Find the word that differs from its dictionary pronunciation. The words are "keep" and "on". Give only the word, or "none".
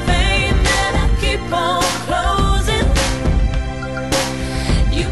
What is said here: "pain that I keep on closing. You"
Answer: on